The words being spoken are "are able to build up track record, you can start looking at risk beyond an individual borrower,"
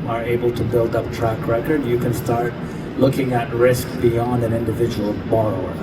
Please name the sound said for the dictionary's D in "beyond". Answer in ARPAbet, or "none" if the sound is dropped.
D